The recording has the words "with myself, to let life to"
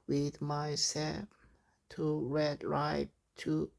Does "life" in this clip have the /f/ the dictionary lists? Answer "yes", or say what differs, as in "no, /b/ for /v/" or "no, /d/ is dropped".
no, /p/ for /f/